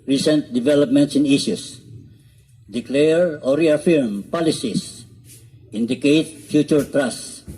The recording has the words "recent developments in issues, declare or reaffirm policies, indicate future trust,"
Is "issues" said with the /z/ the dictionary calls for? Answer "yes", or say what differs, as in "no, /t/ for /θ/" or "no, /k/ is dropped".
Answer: no, /s/ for /z/